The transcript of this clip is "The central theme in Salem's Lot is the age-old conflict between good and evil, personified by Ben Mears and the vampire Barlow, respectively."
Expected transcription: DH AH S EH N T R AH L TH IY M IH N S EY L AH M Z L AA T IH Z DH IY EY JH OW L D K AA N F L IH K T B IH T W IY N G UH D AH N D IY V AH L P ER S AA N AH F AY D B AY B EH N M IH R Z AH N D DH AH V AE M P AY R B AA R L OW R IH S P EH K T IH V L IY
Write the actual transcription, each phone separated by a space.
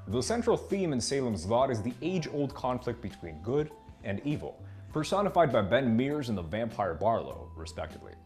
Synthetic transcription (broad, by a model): DH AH S EH N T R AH L TH IY M IH N S EY L AH M Z L AA T IH Z DH IY EY JH OW L D K AA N F L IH K T B IH T W IY N G UH D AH N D IY V L P ER S AA N AH F AY D B AY B EH N M IH R Z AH N DH AH V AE M P AY R B AA R L OW R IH S P EH K T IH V L IY